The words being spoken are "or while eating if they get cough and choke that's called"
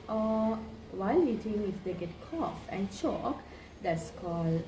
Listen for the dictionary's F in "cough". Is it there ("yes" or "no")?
yes